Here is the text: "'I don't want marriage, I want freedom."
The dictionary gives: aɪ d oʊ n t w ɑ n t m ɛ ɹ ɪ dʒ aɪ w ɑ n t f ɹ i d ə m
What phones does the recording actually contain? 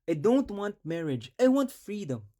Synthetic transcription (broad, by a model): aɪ d oʊ n t w ɑ n t m ɛ ɹ ɪ dʒ aɪ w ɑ n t f ɹ i d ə m